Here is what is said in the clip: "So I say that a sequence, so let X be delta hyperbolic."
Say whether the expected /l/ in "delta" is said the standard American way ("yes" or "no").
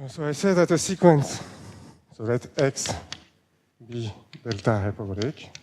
yes